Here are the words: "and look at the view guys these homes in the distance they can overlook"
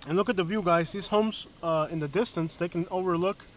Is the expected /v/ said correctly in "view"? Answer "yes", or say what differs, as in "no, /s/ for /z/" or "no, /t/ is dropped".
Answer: yes